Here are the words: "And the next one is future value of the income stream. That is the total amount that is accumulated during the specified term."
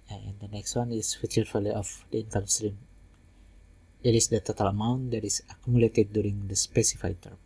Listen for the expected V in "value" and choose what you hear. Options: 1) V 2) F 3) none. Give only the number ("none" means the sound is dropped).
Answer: 2